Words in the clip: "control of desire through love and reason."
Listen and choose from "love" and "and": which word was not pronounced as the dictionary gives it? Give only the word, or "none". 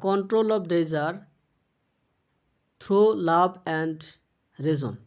love